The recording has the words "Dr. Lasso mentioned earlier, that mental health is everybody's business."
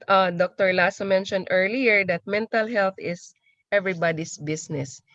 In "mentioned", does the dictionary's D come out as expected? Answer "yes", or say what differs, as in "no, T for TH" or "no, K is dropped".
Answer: yes